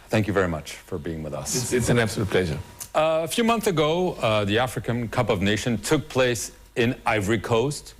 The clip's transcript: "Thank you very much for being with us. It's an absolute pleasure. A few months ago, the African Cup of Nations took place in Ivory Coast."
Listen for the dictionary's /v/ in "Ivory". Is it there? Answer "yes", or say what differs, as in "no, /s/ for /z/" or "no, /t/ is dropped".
yes